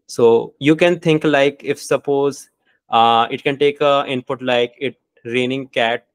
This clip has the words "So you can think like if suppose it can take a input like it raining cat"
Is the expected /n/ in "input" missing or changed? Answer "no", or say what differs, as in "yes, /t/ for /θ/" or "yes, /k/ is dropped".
no